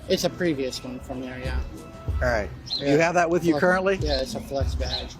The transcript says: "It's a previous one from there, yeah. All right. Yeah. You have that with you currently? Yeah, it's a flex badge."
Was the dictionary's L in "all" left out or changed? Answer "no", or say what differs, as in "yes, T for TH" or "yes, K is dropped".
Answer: yes, N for L